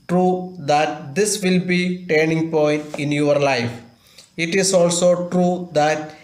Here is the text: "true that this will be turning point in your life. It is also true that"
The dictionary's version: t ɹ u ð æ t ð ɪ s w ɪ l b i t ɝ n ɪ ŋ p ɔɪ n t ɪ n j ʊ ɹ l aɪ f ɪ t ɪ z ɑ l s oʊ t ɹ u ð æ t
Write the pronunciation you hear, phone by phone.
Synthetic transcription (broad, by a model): t ɹ u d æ t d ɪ s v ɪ l b i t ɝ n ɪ ŋ p ɔɪ n t ɪ n j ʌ ɹ l aɪ f ɪ t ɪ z ɑ l s oʊ t ɹ u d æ t